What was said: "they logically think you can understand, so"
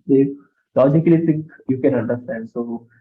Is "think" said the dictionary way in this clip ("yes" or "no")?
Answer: no